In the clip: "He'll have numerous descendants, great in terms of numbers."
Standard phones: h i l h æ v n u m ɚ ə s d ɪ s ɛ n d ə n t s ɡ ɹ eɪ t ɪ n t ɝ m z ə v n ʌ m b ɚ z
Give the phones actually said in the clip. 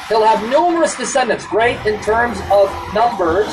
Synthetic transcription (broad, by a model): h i l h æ v n u m ɚ ə s d ɪ s ɛ n d ə n t s ɹ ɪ t ɪ n t ɝ m z ə v n ʌ m b ɚ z